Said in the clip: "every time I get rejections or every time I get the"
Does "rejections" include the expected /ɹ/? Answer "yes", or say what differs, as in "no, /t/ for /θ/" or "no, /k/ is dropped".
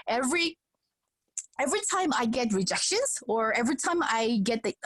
yes